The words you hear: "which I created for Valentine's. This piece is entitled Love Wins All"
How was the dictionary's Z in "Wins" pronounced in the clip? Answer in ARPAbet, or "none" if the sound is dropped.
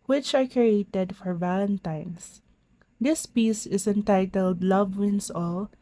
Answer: S